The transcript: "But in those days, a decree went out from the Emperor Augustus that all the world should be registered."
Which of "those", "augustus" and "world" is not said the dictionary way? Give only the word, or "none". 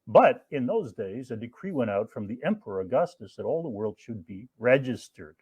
none